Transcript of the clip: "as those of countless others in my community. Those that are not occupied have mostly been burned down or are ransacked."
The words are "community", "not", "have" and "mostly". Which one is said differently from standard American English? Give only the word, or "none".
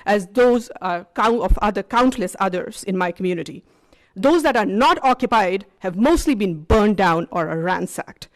none